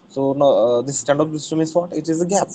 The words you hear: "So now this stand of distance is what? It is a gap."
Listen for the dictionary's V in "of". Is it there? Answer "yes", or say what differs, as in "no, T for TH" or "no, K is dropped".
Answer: no, P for V